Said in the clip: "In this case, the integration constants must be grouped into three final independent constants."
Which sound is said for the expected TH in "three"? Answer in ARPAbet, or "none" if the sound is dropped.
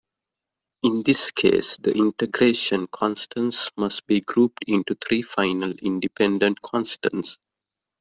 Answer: T